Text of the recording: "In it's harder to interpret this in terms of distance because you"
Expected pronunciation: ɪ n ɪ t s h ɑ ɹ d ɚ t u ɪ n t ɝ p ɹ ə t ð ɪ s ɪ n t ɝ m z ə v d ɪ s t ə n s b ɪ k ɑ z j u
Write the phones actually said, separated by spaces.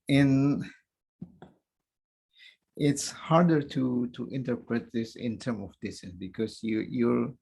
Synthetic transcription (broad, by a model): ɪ n ɪ t s h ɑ ɹ d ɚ t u ɪ n t ɝ p ɹ ə t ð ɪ s ɪ n t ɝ m ə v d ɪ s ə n b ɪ k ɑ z j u